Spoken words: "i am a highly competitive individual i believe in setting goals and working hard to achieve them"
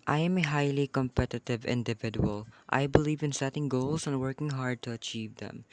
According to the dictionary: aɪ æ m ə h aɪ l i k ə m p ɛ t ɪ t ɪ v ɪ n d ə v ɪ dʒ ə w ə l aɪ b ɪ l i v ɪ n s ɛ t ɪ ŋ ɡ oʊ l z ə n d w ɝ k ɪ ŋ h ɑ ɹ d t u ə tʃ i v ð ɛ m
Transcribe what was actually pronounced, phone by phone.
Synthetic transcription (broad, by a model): aɪ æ m ə h aɪ l i k ə m p ɛ t ɪ t ɪ v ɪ n d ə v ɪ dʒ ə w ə l aɪ b ɪ l i v ɪ n s ɛ t ɪ ŋ ɡ oʊ l s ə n w ɝ k ɪ ŋ h ɑ ɹ d t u ə tʃ i v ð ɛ m